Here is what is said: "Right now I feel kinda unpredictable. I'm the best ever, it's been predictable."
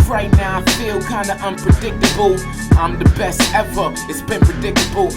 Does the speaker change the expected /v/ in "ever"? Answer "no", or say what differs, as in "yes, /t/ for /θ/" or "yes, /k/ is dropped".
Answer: yes, /f/ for /v/